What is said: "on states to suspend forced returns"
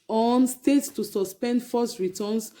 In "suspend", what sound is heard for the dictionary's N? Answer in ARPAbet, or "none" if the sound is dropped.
N